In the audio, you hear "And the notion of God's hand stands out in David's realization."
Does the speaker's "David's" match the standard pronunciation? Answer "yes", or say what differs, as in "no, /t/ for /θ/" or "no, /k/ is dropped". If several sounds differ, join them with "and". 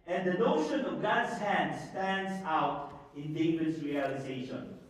no, /v/ is dropped